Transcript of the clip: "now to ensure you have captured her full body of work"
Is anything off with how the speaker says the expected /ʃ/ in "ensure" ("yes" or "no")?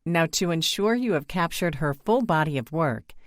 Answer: no